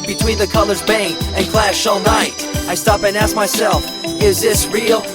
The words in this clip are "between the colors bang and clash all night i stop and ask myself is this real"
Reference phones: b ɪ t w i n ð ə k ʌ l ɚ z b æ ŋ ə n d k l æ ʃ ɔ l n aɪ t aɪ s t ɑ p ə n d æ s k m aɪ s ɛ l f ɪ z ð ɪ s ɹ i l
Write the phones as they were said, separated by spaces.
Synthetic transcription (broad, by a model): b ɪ t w i n ð ə k ʌ l ɚ z b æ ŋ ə n k l æ ʃ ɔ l n aɪ t aɪ s t ɑ p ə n æ s k m aɪ s ɛ l f ɪ z ð ɪ s ɹ i l